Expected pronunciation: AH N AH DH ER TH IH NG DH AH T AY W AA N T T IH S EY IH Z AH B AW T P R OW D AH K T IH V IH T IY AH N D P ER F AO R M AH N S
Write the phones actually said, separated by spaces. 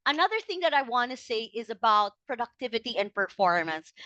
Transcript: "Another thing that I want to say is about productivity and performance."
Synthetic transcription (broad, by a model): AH N AH DH ER TH IH NG DH AH T AY W AA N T T IH S EY IH Z AH B AW T P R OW D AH K T IH V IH T IY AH N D P ER F AO R M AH N S